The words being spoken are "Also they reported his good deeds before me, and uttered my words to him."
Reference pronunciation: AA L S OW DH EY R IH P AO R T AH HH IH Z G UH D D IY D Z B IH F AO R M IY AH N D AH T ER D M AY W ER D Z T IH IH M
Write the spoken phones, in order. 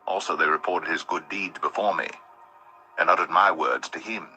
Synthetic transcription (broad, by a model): AA L S OW DH EY R IH P AO R T AH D IH Z G UH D D IY D Z B IH F AO R M IY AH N AH T ER D M AY W ER D Z T IH IH M